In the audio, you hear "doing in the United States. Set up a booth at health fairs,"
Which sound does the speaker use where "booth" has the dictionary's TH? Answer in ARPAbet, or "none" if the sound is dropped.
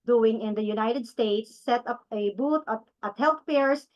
T